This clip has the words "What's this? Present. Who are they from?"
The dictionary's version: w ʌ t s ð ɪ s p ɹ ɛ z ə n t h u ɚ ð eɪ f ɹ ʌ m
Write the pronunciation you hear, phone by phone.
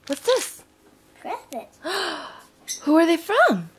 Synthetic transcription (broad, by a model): w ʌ t s ð ɪ s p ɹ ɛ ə t h u ɚ ð eɪ f ɹ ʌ m